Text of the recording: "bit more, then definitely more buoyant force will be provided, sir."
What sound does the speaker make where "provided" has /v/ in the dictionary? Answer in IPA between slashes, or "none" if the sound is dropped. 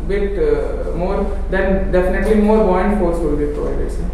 none